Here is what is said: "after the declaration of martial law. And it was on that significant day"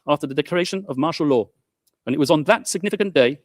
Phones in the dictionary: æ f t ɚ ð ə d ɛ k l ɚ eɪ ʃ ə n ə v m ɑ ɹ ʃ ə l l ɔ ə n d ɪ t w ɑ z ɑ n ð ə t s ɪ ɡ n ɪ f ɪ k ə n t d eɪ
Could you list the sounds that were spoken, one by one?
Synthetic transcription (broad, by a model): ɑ f t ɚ ð ə d ɛ k l ɚ eɪ ʃ ə n ə v m ɑ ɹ ʃ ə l l ɔ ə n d ɪ t w ɑ z n ð ə t s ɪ ɡ n ɪ f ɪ k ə n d eɪ